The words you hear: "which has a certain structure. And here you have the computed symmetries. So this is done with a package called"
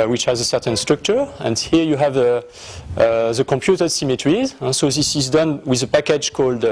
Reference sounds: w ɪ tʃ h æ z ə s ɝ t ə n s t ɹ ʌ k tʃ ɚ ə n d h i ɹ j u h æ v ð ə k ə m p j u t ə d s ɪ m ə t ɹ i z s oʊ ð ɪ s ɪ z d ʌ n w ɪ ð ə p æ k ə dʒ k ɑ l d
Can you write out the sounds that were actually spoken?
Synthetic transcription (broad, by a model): w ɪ tʃ h æ z ə s ɝ t ə n s t ɹ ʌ k tʃ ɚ ə n d h i ɹ j u h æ v ð ə k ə m p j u t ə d s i m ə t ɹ i z s oʊ ð ɪ s ɪ z d ʌ n w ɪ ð ə p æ k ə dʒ k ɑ l d